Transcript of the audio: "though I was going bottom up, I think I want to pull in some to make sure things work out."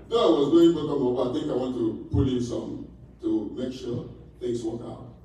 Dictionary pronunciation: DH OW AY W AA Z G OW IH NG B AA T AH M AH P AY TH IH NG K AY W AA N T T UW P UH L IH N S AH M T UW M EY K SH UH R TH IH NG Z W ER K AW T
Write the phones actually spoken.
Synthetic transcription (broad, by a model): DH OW AY W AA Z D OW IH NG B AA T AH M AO B AY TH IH NG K AY W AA N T T UW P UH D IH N S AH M T UW M EY K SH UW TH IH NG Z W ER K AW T